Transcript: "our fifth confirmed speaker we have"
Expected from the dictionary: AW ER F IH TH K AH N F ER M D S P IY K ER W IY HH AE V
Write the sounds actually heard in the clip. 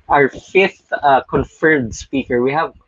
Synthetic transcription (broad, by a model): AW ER F IH TH K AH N F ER D S P IY K ER W IY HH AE V